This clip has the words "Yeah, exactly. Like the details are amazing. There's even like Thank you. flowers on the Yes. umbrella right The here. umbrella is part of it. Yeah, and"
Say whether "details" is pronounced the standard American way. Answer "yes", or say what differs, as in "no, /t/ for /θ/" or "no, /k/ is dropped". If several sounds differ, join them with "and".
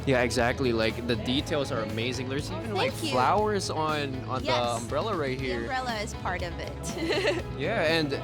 yes